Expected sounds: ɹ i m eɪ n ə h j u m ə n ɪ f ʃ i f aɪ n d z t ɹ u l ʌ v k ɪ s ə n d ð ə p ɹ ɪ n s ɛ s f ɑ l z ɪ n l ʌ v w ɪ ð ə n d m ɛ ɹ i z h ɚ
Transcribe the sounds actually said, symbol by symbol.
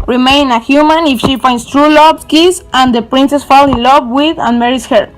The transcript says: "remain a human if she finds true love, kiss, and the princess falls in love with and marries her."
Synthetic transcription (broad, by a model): ɹ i m eɪ n ə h j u m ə n ɪ f ʃ i f aɪ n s t ɹ u l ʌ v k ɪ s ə n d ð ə p ɹ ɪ n s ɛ s f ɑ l ɪ n l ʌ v w ɪ ð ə n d m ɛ ɹ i s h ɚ